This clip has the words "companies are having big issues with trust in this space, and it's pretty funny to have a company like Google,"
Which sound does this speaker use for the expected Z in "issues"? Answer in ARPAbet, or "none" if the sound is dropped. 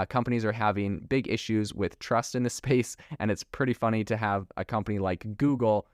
Z